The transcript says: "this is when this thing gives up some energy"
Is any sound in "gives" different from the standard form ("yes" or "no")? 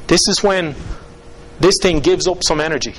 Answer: no